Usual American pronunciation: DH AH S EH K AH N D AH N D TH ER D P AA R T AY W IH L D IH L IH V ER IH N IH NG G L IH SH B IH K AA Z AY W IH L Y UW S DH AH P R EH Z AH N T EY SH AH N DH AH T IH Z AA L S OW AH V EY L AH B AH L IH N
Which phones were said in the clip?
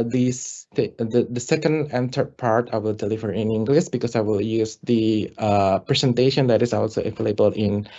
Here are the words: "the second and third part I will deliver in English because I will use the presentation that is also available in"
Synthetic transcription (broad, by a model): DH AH S EH K AH N D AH N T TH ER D P AA R T AY W IH L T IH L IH F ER IH N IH NG G L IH S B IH K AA S AY W IH L Y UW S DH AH P R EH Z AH N T EY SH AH N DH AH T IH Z AA L S OW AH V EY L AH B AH L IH N